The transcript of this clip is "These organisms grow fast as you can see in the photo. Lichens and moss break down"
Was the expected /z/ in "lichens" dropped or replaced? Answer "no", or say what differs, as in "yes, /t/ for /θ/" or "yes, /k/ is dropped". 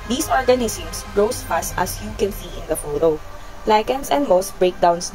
yes, /s/ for /z/